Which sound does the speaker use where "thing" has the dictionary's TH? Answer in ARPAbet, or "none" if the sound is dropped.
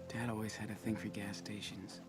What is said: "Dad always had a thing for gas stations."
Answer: TH